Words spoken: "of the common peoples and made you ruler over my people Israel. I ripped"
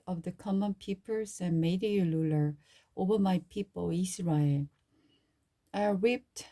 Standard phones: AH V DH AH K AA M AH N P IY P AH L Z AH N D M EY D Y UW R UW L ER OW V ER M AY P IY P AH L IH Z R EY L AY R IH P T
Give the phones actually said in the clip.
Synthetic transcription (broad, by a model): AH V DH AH K AA M AH N P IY P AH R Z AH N M EY D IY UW L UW L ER OW V ER M AY P IY P AH L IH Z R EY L AY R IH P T